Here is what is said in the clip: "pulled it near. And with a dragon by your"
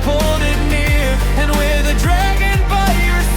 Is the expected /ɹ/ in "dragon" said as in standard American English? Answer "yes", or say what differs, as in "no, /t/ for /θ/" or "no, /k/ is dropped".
yes